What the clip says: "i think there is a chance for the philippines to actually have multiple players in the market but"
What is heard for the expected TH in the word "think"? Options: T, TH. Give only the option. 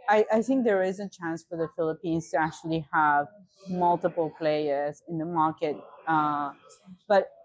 TH